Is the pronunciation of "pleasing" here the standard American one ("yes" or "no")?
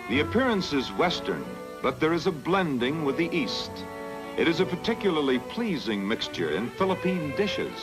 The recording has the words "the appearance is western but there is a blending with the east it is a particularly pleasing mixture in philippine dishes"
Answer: yes